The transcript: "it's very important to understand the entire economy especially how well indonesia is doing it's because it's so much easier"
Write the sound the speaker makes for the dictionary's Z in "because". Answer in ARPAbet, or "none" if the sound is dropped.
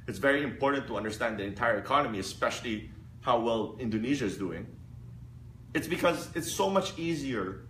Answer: Z